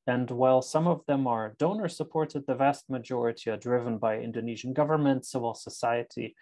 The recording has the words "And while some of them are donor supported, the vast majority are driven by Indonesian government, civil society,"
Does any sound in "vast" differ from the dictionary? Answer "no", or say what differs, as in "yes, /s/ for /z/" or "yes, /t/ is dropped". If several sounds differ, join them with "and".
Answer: no